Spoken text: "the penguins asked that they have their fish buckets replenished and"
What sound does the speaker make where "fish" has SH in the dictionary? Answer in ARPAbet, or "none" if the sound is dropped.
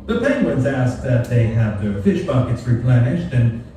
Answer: SH